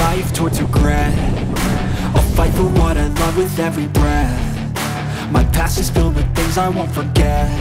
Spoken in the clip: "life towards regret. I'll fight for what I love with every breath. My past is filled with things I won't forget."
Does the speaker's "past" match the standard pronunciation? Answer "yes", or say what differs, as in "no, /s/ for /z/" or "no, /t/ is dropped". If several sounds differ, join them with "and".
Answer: no, /t/ is dropped